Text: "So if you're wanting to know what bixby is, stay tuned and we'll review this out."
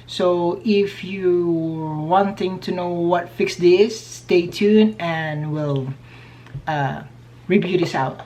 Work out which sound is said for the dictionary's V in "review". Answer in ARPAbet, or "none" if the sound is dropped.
B